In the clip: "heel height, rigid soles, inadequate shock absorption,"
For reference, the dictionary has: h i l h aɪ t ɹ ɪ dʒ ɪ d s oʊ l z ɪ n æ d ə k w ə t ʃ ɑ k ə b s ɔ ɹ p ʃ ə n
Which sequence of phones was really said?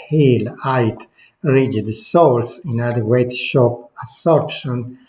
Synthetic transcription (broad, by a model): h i l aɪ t ɹ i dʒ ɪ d s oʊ l s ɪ n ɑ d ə w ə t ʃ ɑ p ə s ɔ ɹ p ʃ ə n